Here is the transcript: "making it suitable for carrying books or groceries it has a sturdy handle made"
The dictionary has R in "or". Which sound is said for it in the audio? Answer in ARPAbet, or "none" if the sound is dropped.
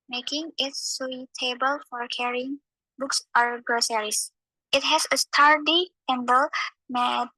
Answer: R